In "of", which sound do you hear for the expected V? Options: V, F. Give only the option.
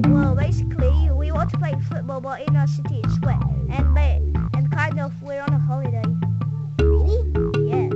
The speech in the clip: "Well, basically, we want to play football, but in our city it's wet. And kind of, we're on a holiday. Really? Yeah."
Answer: F